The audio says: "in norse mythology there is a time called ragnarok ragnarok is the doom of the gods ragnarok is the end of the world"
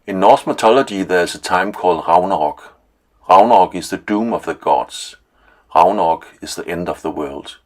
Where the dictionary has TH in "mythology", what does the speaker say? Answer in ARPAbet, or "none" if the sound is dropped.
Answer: S